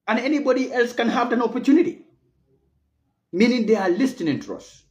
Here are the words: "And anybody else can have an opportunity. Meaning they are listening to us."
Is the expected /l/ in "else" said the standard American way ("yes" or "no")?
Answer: yes